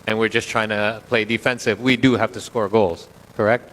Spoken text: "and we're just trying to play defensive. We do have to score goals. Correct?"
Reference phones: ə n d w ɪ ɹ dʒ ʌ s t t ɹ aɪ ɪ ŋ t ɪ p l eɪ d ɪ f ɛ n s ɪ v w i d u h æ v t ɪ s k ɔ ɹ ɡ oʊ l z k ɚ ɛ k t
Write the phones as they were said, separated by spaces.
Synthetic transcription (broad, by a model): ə n w ɪ ɹ dʒ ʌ s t t ɹ aɪ ɪ ŋ t ɪ p l eɪ d ɪ f ɛ n s ɪ v w i d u h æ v t ɪ s k ɔ ɹ ɡ oʊ l z k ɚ ɛ k t